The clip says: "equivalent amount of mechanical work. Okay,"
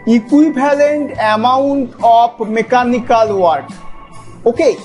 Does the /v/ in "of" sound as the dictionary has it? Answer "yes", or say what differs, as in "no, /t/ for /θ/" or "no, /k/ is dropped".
no, /p/ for /v/